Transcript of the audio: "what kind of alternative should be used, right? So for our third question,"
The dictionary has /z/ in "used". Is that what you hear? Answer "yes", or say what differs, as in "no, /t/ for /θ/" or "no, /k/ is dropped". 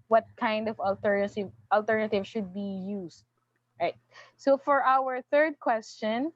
no, /s/ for /z/